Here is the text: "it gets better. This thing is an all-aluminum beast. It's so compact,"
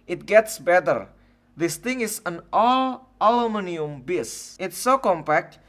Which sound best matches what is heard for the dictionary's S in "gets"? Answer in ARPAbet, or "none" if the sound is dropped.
S